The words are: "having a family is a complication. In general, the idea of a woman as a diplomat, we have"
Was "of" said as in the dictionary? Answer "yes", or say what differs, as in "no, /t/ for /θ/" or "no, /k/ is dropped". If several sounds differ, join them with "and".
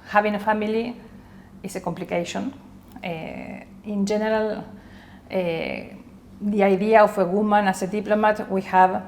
no, /f/ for /v/